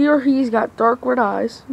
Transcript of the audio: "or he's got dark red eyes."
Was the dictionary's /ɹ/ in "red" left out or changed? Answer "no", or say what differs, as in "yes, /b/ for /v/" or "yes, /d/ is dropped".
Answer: yes, /w/ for /ɹ/